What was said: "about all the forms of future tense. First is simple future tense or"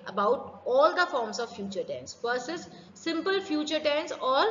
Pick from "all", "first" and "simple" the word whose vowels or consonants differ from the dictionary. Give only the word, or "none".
first